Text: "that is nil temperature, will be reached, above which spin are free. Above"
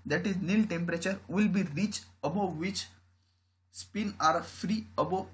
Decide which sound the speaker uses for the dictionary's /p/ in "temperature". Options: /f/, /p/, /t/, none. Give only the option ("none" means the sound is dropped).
/p/